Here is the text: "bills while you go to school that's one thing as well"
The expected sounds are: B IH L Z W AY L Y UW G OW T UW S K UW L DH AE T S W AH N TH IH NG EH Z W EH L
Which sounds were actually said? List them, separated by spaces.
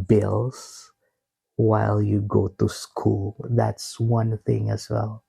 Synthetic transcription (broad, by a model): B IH L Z W AY L Y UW G OW T UW S K UW L DH AE T S W AH N TH IH NG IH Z W EH L